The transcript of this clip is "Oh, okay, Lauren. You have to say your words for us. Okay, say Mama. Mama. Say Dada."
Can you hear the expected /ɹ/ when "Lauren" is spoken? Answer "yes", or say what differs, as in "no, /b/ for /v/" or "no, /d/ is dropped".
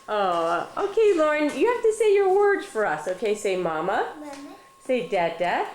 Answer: yes